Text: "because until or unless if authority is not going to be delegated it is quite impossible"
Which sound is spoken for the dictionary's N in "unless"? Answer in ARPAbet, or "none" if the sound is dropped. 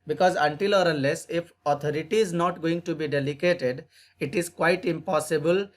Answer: none